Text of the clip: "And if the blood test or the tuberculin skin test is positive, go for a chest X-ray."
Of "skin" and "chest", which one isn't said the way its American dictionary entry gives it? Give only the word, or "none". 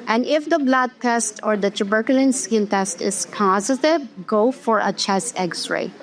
chest